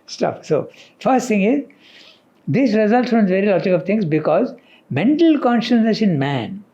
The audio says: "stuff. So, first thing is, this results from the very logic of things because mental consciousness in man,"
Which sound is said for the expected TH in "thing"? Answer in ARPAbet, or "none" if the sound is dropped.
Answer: T